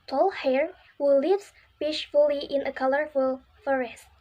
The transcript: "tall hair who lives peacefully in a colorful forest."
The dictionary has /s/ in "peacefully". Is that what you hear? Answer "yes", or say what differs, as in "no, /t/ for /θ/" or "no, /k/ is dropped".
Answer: no, /ʃ/ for /s/